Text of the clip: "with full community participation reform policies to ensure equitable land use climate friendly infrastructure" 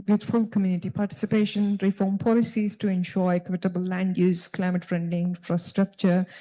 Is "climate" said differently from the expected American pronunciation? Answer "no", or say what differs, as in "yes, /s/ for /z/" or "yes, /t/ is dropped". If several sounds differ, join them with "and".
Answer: no